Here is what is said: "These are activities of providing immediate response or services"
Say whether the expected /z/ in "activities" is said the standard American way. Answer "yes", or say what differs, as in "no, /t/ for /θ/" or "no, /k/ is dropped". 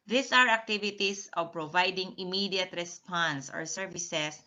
no, /s/ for /z/